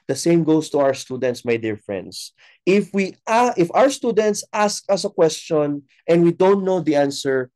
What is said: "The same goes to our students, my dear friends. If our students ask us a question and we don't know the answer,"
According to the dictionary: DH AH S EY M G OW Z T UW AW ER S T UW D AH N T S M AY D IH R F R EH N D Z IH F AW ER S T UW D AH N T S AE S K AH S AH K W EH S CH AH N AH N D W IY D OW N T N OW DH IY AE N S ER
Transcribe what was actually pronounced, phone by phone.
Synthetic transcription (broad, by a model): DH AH S EY M G OW S T UW AW ER S T UW D AH N T S M AY D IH R F R EH N D S IH F AW ER S T UW D AH N T S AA S K AH S AH K W EH S CH AH N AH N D W IY D OW N T N OW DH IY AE N S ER